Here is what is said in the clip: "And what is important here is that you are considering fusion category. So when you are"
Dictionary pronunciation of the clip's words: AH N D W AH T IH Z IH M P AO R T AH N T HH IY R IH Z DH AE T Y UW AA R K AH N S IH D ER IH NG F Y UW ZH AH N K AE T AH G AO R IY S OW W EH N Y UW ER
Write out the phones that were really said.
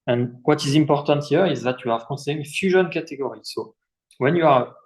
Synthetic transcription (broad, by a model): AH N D W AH T IH Z IH M P AO R T AH N T HH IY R IH Z DH AE T Y UW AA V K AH S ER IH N F Y UW ZH AH N K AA T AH G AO R IY S OW W EH N Y UW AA